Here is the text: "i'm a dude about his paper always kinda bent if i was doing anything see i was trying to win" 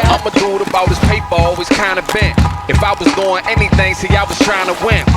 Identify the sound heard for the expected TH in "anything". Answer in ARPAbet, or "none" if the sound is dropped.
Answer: TH